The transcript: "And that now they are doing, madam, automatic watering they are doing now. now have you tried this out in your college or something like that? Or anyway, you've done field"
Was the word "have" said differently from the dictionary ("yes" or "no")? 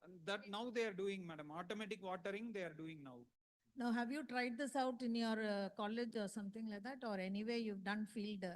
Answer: no